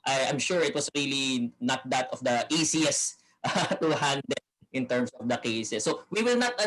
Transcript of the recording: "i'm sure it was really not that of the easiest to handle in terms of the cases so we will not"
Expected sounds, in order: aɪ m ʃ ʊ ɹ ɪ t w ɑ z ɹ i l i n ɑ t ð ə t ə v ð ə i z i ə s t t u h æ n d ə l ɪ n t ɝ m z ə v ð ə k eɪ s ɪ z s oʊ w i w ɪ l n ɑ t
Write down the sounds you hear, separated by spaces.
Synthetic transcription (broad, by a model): aɪ m ʃ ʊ ɹ ɪ t w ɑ s ɹ i l i n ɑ t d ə t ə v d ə i s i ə s t t u h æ n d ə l ɪ n t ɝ m s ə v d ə k eɪ s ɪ s oʊ w i w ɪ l n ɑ t